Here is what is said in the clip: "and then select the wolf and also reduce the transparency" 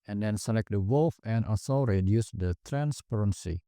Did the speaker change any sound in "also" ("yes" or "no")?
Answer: yes